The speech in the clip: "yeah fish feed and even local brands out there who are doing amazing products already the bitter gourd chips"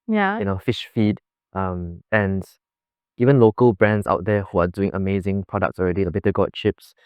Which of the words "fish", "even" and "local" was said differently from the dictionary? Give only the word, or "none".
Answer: none